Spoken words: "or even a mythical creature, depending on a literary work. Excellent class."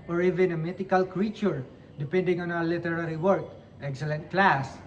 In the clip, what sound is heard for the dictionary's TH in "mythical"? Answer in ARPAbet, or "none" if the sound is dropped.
T